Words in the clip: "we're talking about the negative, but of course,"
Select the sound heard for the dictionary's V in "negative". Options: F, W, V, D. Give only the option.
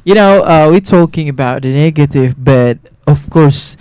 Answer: V